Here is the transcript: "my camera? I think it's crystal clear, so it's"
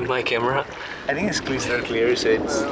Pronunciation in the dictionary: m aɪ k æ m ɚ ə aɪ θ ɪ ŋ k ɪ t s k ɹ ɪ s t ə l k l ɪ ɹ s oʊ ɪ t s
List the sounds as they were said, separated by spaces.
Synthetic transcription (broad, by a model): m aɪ k æ m ɚ ə aɪ θ ɪ ŋ k ɪ t s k l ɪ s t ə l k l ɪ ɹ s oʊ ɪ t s